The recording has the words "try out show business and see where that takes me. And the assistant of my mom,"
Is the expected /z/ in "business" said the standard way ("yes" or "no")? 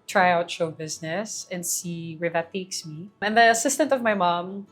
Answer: yes